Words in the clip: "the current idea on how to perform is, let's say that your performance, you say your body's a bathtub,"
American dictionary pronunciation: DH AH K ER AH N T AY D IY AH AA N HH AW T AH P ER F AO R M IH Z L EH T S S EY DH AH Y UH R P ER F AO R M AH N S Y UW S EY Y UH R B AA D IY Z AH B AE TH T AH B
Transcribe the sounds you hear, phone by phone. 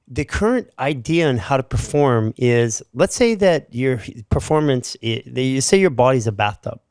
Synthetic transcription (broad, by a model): DH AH K ER AH N T AY D IY AH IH N HH AW T AH P ER F AO R M IH Z L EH T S S EY DH AH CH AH R P ER F AO R M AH N S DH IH S EY Y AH R B AA D IY Z AH B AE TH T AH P